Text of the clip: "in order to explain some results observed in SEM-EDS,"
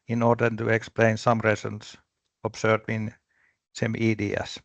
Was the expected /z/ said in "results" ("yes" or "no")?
no